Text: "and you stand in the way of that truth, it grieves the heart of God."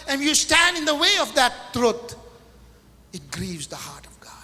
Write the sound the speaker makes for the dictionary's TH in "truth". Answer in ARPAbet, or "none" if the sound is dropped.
T